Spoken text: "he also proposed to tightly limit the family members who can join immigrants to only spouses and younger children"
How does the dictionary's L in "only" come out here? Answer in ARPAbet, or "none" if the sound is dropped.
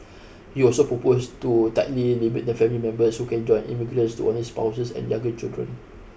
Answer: none